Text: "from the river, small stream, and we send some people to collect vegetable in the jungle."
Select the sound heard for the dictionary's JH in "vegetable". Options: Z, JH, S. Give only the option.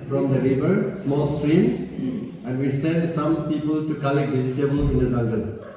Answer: Z